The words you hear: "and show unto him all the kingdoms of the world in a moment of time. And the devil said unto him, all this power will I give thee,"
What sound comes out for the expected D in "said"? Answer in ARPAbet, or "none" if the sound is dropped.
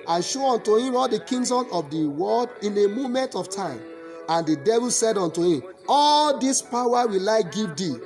D